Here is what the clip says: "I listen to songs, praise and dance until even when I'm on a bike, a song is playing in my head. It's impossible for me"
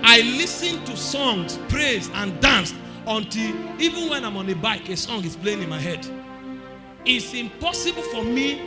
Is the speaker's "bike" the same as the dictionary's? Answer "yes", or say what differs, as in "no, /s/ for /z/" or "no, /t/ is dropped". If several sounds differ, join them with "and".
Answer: yes